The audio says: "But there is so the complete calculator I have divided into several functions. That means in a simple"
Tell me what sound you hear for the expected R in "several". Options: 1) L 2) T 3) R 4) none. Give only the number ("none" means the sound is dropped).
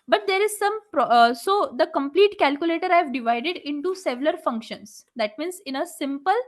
1